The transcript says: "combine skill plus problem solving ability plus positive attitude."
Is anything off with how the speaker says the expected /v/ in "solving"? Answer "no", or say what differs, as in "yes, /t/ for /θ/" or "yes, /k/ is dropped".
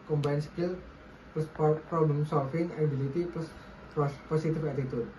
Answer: yes, /f/ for /v/